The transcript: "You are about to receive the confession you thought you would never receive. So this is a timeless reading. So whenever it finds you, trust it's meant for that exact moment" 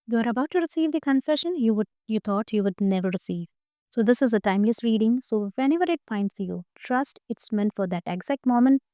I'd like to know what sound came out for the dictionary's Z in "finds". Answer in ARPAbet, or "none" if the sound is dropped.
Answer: S